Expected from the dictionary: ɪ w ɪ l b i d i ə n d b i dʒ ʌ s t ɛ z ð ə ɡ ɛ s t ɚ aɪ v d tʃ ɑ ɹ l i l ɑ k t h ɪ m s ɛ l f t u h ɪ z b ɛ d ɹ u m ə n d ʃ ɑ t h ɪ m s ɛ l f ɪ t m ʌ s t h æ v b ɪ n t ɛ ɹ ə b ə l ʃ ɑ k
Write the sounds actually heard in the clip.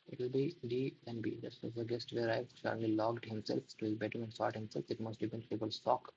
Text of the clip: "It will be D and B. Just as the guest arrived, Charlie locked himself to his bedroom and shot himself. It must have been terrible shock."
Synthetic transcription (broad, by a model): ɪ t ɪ l b i d i ə n d b i dʒ ʌ s t ɛ z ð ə ɡ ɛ s t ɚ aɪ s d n l i l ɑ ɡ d h ɪ m s ɛ l f t u h ɪ z b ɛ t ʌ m ə n d s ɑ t h ɪ m s ɛ l f ɪ t m ʌ s t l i b ɪ n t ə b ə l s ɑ k